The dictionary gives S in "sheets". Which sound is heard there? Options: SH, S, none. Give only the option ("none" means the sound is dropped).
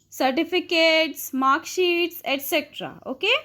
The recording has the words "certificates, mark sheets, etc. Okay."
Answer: S